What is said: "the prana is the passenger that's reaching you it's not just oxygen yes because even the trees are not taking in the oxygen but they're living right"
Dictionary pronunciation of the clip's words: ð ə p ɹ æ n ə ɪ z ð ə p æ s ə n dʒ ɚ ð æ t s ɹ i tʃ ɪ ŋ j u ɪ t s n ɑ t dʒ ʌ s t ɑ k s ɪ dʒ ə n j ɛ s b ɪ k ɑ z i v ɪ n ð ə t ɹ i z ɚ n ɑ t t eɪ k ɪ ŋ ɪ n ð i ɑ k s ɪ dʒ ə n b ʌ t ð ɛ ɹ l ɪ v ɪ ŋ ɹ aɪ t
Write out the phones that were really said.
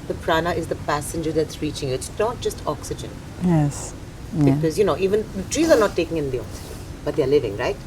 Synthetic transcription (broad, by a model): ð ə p ɹ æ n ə ɪ z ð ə p æ s ə n dʒ ɚ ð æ t s ɹ i tʃ ɪ ŋ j ɪ t s n ɑ t dʒ ʌ s t ɑ k s ɪ dʒ ə n j ɛ s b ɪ k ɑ z i v ɪ n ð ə t ɹ i z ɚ n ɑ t t eɪ k ɪ ŋ ɪ n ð i ɑ k s ɪ dʒ ə n b ʌ t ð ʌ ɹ l ɪ v ɪ ŋ ɹ aɪ t